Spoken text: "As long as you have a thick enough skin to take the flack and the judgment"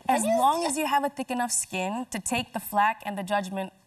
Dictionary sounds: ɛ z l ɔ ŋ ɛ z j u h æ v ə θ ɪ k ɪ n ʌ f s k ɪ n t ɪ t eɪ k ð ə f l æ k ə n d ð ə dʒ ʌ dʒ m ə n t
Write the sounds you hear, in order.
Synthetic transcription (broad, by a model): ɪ z l ɔ ŋ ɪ z j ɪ v ə θ ɪ k ɪ n ʌ f s k ɪ n t ɪ t eɪ k ð ə f l æ k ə n ð ə dʒ ʌ dʒ m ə n t